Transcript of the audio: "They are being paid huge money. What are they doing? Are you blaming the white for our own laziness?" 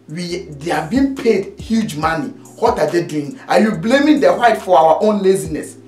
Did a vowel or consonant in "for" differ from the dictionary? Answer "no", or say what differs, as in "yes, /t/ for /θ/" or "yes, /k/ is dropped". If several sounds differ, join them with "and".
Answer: yes, /w/ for /ɹ/